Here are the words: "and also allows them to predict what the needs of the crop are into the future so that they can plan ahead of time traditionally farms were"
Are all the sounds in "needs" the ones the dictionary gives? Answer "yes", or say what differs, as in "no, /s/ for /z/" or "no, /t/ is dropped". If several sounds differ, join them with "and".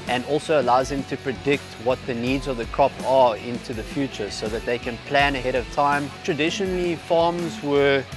yes